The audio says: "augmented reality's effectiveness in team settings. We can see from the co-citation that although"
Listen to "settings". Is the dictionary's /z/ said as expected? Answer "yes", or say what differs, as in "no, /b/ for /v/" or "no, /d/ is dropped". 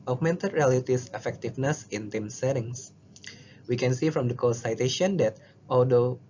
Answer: no, /s/ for /z/